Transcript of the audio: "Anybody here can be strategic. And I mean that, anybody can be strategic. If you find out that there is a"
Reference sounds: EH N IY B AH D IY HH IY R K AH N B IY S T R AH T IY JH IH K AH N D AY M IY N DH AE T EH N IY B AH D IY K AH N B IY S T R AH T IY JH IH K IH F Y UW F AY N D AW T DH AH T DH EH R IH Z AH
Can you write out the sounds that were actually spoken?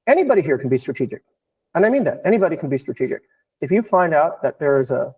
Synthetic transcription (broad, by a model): EH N IY B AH D IY HH IY R K N B IY S T R AH T IY JH IH K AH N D AY M IY N DH AE T EH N IY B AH D IY K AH N B IY S T R AH T IY JH IH K IH F Y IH F AY N D AW T DH AH T DH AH R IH Z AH